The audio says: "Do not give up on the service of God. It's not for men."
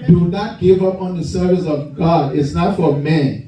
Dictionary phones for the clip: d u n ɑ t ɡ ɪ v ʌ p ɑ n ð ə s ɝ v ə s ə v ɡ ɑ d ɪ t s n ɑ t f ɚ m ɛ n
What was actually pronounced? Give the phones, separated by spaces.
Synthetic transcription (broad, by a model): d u n ɑ t ɡ ɪ v ʌ p ɑ n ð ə s ɝ v ə s ə v ɡ ɑ d ɪ t s n ɑ t f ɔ m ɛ n